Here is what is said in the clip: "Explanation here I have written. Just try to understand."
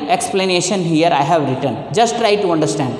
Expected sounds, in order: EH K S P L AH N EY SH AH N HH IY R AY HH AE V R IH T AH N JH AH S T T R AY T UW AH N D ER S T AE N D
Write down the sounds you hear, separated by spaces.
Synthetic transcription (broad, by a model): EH K S P L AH N EY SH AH N HH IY R AY HH AE V R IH T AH N JH AH S T T R AY T UW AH N D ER S T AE N D